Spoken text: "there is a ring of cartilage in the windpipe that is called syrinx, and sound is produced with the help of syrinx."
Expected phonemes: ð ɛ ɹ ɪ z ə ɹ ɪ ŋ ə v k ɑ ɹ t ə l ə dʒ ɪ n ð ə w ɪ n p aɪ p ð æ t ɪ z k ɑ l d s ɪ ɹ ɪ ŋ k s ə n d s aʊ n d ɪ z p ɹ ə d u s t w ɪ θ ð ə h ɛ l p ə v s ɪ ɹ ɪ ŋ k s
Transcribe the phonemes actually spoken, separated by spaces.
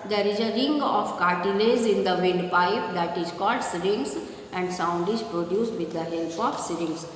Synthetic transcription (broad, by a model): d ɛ ɹ ɪ z ə ɹ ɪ ŋ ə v k ɑ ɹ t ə l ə z ɪ n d ə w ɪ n p aɪ p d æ t ɪ z k ɑ l d s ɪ ɹ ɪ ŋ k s ə n d s aʊ n d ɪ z p ɹ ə d u s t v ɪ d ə h ɛ l p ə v s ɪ ɹ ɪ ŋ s